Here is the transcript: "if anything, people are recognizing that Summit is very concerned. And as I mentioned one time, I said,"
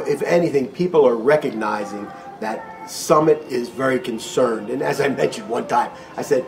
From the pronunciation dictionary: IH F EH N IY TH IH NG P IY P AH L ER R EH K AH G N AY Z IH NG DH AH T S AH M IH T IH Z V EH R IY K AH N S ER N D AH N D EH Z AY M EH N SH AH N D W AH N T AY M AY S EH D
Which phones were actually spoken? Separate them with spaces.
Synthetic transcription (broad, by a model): IH F EH N IY TH IH NG P IY P L ER R EH K AH G N AY Z IH NG DH AH T S AH M IH T IH Z V EH R IY K AH N S ER N D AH N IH Z AY M EH N SH AH N D W AH N T AY M AY S EH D